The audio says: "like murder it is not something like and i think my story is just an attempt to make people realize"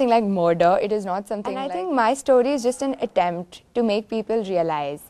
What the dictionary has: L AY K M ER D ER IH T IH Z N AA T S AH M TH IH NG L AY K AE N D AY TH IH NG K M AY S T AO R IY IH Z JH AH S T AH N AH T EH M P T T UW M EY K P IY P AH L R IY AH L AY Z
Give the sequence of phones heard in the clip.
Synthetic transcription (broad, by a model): L AY K M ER D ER IH T IH Z N AA T S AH M T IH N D AY T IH NG K M AY S T AO R IY IH Z JH AH S T AH N AH T EH M P T T UW M EY K P IY P AH L R IY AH L AY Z